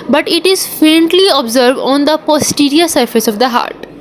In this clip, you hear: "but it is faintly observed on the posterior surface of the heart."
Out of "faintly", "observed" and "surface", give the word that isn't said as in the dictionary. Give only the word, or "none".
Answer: none